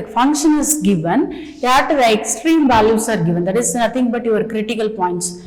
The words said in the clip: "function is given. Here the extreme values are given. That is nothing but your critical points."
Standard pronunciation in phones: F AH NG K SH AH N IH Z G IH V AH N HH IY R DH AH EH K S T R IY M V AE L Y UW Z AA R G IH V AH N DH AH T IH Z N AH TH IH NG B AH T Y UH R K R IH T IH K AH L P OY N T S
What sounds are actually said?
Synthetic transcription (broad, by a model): F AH NG K SH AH N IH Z G IH V AH N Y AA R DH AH EH K S T R IY M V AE L Y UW S AA R G IH V AH N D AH T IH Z N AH T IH NG B AH T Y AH R K R IH T IH K AH L P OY N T S